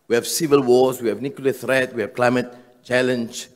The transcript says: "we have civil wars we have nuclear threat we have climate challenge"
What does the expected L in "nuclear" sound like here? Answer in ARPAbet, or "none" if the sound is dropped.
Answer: W